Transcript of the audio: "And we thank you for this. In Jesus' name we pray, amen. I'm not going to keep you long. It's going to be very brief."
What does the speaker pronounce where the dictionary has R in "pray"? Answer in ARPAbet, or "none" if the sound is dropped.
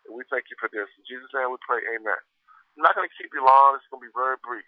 L